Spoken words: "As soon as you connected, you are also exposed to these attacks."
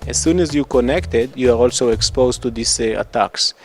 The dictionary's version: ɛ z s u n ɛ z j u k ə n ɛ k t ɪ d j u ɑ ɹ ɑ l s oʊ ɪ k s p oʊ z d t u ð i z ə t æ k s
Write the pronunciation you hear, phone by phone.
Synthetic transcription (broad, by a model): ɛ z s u n ɛ z j u k ə n ɛ k t ɪ d j u ɑ ɹ ɑ l s oʊ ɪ k s p oʊ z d t u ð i s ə t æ k s